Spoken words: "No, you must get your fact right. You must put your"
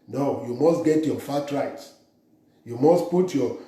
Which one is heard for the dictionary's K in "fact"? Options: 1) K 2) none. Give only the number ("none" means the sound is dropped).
2